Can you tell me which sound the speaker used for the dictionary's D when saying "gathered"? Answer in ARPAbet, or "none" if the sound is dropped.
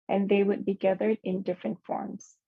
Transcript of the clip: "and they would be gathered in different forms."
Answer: D